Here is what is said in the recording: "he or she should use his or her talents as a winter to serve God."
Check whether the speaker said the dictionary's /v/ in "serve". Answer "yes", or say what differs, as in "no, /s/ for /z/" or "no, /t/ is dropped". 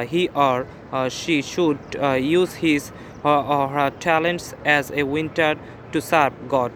no, /b/ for /v/